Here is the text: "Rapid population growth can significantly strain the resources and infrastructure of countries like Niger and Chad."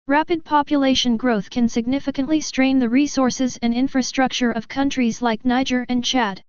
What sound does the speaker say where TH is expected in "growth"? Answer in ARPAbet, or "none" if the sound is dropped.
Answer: TH